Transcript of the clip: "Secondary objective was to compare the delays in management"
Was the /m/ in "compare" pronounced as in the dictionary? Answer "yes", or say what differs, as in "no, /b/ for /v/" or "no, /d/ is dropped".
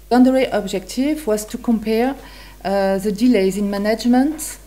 yes